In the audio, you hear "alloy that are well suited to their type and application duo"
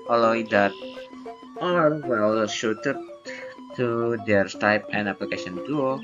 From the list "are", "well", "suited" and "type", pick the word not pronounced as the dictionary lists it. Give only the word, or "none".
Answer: suited